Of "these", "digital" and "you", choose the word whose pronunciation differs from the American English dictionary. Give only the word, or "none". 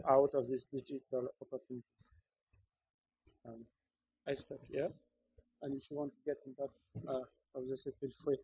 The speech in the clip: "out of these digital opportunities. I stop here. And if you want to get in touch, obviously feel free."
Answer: these